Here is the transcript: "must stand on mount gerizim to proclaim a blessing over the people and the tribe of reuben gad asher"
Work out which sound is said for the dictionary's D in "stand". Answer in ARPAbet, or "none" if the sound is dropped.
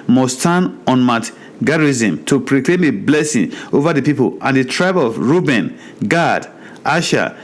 none